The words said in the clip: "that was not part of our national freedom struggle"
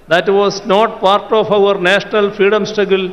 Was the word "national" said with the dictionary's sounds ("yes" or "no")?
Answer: yes